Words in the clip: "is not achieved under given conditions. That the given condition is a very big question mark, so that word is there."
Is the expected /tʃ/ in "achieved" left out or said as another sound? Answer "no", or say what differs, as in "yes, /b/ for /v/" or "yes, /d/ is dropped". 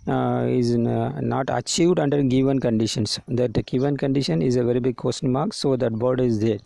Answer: no